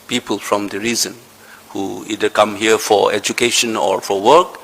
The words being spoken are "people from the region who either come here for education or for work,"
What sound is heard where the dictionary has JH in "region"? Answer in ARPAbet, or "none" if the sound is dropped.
Z